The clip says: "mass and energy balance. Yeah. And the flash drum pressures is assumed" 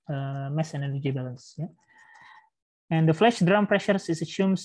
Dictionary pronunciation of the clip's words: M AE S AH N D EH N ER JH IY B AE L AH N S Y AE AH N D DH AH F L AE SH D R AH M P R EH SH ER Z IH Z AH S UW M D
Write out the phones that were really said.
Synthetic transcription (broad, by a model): M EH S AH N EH L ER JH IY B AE L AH N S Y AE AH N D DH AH F L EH SH D R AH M P R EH SH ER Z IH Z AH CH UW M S